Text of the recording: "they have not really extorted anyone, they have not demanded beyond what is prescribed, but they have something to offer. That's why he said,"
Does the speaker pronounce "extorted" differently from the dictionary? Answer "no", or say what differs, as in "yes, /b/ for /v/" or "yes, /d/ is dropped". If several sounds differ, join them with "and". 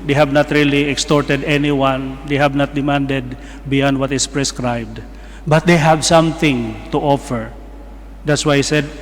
no